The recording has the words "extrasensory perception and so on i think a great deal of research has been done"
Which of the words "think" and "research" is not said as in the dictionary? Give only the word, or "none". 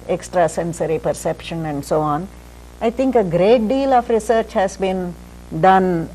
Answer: think